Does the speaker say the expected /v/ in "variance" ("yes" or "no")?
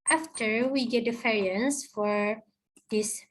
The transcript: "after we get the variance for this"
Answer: no